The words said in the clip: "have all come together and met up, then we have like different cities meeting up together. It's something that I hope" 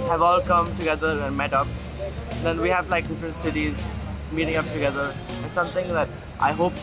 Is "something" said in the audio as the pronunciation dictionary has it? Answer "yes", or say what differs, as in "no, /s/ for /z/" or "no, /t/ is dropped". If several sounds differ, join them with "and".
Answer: no, /t/ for /θ/